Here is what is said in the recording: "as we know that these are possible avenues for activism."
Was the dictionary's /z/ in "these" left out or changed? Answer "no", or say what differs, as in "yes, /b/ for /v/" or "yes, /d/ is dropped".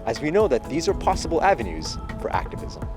no